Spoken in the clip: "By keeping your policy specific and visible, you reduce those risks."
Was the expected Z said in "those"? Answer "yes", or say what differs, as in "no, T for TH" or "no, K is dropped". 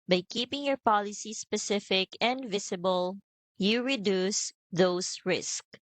no, S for Z